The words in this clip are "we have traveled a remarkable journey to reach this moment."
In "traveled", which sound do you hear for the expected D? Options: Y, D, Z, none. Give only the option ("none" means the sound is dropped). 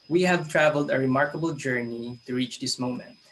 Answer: D